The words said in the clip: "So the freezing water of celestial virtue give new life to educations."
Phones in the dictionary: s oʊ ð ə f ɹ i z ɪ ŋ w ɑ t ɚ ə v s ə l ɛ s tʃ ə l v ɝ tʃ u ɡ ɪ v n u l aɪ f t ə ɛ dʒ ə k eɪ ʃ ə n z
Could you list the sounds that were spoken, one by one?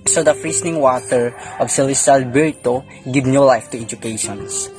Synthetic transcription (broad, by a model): s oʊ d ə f ɹ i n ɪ ŋ w ɑ t ɚ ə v s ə l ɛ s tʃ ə l b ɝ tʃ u ɡ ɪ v n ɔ l aɪ f t ə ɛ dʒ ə k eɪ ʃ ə n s